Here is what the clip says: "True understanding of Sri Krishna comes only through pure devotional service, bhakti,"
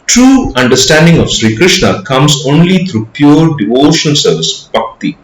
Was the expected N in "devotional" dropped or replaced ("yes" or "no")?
yes